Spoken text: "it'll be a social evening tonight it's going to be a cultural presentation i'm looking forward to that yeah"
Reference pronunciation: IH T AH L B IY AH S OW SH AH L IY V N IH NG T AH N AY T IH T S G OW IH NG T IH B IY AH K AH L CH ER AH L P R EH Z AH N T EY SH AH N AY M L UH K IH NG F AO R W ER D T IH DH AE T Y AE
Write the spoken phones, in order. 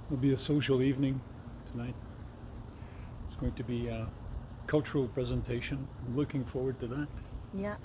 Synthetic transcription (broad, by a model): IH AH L B IY AH S OW SH L IY V N IH NG T AH N AY T IH T S G OW IH NG T IH B IY K AH L CH ER L P R EH Z AH N T EY SH AH N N L UH K IH NG F AO R W ER D T IH DH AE T Y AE